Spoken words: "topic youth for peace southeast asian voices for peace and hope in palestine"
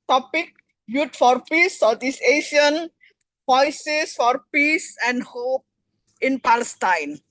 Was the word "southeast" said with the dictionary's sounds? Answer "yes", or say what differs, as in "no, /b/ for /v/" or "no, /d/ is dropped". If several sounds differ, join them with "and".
no, /t/ is dropped